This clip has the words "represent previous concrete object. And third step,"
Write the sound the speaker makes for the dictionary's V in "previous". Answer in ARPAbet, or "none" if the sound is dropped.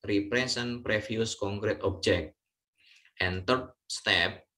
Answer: F